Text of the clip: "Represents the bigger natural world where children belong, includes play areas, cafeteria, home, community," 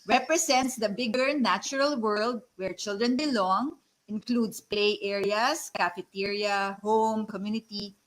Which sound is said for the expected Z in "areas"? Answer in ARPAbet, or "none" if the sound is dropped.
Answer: S